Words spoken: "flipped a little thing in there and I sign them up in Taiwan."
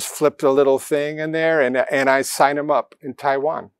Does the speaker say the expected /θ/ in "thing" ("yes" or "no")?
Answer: yes